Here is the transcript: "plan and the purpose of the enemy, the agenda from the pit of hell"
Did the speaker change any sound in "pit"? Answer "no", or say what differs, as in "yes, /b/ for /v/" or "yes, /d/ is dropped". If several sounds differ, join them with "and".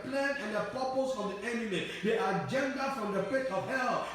yes, /f/ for /p/